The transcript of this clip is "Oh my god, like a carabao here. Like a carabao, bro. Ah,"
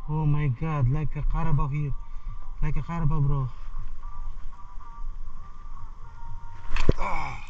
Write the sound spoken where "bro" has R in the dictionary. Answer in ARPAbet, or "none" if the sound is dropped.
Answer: R